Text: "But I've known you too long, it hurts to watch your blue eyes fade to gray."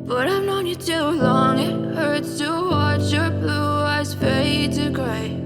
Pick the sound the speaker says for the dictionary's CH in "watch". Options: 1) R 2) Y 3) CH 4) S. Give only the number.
3